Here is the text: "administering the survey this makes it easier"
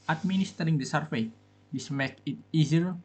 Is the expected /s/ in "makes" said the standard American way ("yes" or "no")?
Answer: no